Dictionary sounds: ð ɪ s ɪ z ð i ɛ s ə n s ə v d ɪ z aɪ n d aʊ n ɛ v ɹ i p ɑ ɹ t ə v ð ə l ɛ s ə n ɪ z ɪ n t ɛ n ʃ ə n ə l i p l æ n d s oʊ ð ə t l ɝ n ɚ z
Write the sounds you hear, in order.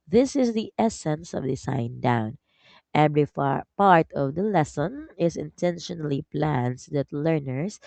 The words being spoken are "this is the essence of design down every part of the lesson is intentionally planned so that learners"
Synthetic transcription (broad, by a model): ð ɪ s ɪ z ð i ɛ s ə n s ə v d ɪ s aɪ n d aʊ n ɛ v ɹ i p ɑ ɹ t ə v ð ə l ɛ s ə n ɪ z ɪ n t ɛ n ʃ ə n ə l i p l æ n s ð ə t l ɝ n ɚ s